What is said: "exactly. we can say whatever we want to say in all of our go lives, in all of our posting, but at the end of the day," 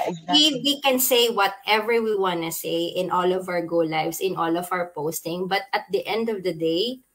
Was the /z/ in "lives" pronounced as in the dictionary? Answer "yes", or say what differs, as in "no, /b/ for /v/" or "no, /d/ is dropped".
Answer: no, /s/ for /z/